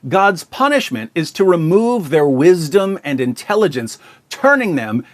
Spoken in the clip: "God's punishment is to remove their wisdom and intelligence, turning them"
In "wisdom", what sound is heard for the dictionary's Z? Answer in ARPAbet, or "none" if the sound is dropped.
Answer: Z